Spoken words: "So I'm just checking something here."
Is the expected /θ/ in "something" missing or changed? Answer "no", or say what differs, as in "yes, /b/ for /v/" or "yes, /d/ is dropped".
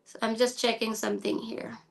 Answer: no